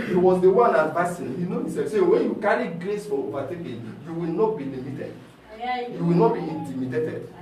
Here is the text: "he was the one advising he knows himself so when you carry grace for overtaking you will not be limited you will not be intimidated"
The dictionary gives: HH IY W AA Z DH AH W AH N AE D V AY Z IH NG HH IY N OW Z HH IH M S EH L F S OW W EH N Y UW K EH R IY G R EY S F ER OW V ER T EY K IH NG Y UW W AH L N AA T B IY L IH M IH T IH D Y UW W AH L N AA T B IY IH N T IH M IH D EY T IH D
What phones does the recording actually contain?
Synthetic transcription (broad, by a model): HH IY W AA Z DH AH W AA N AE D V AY S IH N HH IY N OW HH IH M S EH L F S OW W EH N Y UW K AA R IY G R EY S F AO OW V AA T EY K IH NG Y UW W AH L N AA T B IY L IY M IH T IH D Y UW W AH L N AA T B IY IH N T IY M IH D EY T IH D